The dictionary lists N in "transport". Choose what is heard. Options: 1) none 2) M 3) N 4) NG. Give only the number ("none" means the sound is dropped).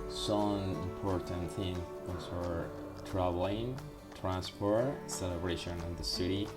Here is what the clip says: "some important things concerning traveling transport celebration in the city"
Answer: 3